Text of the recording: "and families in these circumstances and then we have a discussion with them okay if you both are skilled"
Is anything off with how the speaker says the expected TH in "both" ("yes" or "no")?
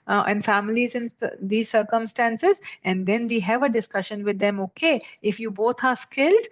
yes